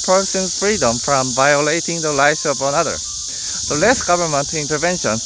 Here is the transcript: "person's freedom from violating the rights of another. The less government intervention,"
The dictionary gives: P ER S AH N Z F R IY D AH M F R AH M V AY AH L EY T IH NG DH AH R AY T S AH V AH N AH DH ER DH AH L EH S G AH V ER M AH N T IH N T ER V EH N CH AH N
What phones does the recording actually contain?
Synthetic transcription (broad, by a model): P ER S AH N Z F R IY D AH M F R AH M V AY AH L EY T IH NG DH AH L AY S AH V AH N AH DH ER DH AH L EH S G AH V ER M AH N T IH N T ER V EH N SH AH N